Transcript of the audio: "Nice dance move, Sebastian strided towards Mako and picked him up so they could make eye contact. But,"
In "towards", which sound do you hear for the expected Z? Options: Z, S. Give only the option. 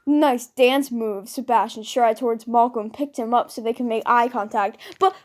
Z